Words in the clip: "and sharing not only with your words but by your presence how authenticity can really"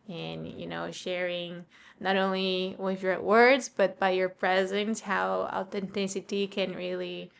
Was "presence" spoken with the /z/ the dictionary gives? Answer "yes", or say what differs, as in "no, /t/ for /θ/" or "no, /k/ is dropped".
yes